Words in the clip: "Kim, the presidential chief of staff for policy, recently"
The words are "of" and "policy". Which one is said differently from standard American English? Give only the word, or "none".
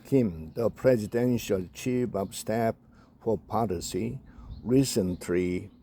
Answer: of